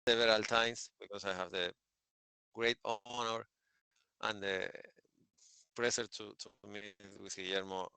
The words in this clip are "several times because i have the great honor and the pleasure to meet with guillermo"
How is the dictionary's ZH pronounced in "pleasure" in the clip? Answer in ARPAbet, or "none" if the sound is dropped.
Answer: S